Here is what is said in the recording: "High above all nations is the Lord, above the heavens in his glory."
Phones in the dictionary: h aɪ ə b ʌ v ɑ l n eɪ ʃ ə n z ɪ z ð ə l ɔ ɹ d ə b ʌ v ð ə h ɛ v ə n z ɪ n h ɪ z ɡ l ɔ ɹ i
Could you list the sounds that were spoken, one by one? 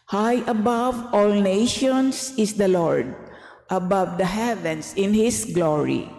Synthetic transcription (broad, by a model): h aɪ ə b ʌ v ɑ l n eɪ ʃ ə n s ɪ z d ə l ɔ ɹ d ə b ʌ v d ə h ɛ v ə n s ɪ n h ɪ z ɡ l ɔ ɹ i